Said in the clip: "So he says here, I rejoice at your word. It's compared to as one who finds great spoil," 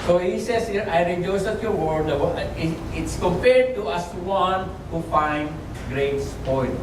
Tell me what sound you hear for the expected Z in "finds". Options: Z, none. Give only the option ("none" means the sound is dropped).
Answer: none